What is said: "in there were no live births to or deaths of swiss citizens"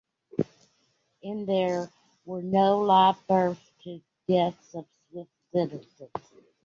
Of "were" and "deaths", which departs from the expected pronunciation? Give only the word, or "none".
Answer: none